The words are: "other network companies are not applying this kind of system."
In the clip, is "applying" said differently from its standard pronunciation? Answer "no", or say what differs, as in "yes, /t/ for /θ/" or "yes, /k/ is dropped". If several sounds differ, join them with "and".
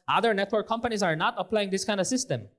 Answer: no